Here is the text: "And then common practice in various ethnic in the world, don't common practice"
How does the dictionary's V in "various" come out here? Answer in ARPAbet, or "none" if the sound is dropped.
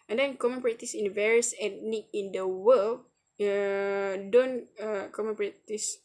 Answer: V